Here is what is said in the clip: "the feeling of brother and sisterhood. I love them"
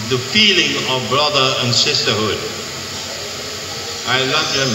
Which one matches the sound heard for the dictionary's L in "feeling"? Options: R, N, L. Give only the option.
L